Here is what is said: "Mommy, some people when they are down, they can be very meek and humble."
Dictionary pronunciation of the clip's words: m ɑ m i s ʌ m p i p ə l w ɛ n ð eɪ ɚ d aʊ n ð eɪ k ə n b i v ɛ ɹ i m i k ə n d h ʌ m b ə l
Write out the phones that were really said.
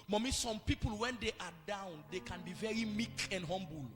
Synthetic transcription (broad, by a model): m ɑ m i s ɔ m p i p ə l w ɛ n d eɪ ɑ d aʊ n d eɪ k ə n b i v ɛ ɹ i m i k ə n d h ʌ m b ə l